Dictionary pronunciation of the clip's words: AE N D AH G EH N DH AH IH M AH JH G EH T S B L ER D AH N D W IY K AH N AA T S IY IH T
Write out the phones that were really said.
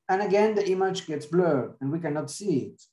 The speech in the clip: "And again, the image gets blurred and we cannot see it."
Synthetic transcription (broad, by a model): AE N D AH G EH N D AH IH M AH JH G EH T S B L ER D AH N D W IY K AH N AA T S IY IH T